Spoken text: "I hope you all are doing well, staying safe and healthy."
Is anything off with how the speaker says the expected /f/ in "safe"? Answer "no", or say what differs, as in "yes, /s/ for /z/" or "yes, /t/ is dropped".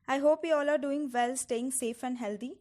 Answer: no